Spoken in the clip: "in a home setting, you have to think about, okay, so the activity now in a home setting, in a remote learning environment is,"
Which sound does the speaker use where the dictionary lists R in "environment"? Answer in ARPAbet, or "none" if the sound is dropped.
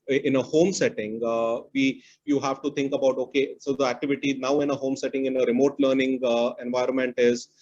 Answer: R